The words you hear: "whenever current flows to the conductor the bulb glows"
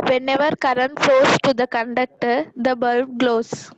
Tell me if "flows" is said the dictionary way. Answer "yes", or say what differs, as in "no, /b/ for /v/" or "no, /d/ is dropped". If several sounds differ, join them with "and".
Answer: no, /l/ is dropped